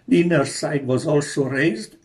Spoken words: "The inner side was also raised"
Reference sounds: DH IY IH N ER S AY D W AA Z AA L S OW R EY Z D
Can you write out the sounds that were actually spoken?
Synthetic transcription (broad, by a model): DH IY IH N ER S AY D W AA Z AA L S OW R EY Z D